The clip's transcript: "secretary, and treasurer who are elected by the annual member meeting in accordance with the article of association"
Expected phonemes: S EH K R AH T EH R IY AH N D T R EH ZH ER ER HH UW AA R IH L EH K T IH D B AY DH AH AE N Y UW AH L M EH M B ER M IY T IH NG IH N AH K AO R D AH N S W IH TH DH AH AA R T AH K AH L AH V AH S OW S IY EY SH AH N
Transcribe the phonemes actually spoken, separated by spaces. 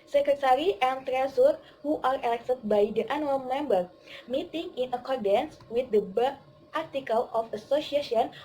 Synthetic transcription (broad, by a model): S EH K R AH T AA R IY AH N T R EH S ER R HH UW AA R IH L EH K T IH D B AY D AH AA N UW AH L M EH M B ER M IY T IH NG IH N AH K AO R D AH N S W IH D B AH AA R T AH K AH L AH F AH S OW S IY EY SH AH N